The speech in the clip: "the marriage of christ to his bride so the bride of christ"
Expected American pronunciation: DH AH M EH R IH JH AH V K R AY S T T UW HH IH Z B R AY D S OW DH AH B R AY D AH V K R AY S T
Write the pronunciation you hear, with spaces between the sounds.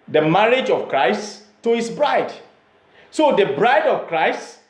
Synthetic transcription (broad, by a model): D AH M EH R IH JH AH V K R AY S T T UW HH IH S B R AY D S OW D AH B R AY D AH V K R AY S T